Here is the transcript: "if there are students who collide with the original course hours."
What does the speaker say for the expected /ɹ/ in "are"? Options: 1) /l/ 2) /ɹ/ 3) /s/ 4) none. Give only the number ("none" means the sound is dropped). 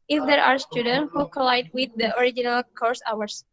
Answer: 2